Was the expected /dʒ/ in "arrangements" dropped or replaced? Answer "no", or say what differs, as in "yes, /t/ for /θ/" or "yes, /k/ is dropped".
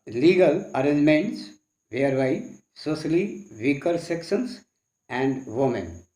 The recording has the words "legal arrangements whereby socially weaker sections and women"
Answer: yes, /dʒ/ is dropped